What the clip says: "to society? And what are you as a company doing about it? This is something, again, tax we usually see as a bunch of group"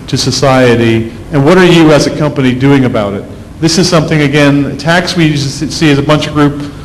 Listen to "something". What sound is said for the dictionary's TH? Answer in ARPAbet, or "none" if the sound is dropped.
TH